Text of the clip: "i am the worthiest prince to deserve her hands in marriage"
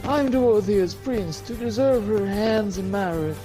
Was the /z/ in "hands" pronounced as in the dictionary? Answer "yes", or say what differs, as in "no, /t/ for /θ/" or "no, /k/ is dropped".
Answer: yes